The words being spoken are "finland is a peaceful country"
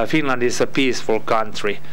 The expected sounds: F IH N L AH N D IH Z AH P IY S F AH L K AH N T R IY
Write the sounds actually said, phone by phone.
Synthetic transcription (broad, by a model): F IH N L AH N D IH S AH P IY S F AH L K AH N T R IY